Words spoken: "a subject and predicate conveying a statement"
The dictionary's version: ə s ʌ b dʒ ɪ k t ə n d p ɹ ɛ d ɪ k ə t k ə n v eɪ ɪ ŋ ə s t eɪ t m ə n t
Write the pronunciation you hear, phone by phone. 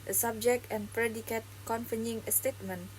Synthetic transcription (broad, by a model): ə s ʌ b dʒ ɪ k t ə n p ɹ ɛ d ɪ k ə t k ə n f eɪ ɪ ŋ ə s t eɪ t m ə n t